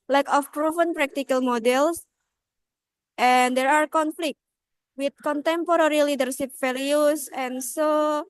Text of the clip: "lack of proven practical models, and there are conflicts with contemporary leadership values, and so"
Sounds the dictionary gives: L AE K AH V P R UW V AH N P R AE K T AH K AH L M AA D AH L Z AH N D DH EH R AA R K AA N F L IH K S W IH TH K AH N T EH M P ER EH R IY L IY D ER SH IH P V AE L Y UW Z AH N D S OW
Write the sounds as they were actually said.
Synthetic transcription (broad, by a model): L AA K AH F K R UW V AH N P R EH K T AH K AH L M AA D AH L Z AH N D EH R AA R K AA N F L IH K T W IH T K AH N T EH M P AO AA R IY L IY D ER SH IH P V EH L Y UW S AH N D S OW